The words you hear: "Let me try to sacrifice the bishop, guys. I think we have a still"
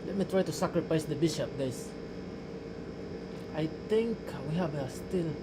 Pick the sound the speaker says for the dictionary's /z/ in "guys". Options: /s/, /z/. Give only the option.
/s/